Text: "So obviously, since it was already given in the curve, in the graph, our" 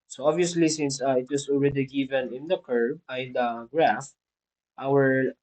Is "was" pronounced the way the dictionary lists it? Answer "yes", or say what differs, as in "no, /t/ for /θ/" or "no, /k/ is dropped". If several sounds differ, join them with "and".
no, /s/ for /z/